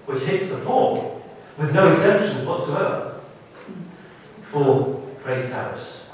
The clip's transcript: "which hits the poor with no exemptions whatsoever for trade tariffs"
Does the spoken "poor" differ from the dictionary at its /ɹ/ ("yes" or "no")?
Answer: yes